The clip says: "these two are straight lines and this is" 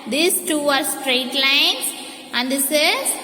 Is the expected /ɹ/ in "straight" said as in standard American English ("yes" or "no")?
yes